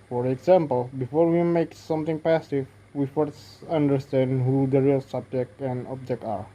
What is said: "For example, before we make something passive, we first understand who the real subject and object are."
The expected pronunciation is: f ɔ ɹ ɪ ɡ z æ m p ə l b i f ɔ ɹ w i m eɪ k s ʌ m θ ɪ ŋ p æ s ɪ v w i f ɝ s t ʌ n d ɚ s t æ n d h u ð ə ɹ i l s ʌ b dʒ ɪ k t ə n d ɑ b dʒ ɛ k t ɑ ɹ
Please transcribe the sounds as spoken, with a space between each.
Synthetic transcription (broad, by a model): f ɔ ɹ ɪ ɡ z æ m p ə l b i f ɔ ɹ w i m eɪ k s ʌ m t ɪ ŋ p æ s ɪ v w i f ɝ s ʌ n d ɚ s t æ n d h u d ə ɹ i l s ʌ b dʒ ɪ k t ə n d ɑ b dʒ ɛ k t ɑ ɹ